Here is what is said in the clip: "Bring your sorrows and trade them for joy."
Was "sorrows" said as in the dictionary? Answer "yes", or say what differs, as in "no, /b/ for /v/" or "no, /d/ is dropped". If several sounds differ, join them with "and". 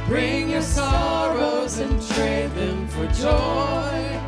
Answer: yes